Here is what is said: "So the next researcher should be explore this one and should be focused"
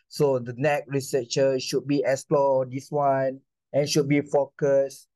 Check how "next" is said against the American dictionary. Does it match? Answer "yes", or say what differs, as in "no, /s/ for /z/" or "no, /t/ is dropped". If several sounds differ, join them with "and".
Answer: no, /s/ is dropped